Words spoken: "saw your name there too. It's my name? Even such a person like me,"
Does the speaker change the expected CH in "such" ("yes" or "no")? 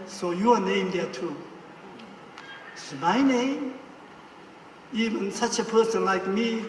no